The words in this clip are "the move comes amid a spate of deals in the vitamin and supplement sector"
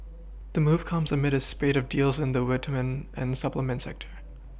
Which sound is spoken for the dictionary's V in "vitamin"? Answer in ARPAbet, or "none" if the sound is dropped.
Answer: W